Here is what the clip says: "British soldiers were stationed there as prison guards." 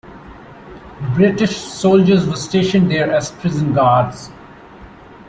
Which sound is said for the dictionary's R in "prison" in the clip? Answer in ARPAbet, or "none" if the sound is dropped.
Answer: R